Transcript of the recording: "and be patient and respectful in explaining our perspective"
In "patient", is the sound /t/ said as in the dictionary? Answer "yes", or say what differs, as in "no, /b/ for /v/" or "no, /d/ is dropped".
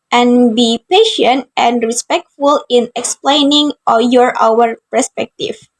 yes